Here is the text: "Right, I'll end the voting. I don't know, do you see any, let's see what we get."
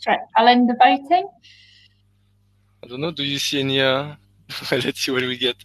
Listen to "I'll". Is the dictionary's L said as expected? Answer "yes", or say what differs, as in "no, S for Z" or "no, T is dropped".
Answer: yes